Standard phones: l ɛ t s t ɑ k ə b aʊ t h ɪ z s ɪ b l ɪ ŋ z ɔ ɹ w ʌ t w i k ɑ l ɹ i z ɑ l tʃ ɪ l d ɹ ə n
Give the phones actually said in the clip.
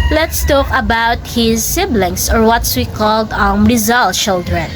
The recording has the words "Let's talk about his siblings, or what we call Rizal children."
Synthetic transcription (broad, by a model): l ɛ t s t ɑ k ə b aʊ t h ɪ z s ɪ b l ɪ ŋ s ɔ ɹ w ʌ t w i k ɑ l ɹ i z ɑ l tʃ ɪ l d ɹ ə n